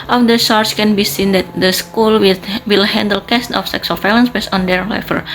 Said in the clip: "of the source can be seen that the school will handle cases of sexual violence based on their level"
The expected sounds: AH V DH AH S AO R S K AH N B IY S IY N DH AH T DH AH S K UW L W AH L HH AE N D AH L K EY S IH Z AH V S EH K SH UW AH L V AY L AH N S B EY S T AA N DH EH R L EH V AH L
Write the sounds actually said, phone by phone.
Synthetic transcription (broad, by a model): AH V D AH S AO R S K AH N B IY S IY N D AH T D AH S K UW L W AH L HH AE N D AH L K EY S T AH F S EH K S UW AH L F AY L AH N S B EY S T AA N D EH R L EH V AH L